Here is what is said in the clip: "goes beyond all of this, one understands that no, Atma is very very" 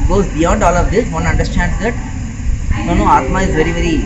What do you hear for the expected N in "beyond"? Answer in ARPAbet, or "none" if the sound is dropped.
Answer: none